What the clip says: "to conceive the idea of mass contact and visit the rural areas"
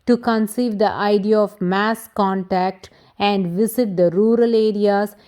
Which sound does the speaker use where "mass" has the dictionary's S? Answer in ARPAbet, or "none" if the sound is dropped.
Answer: S